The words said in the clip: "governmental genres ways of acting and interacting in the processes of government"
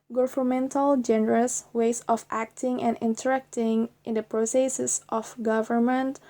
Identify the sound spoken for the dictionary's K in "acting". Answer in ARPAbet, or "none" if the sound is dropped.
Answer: K